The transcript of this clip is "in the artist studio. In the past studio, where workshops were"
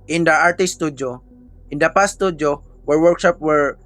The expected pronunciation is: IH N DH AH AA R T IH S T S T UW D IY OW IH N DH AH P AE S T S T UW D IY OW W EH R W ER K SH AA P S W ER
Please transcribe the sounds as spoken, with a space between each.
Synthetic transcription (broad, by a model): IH N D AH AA R T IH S S T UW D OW IH N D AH P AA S S T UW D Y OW W EH R W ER K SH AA P W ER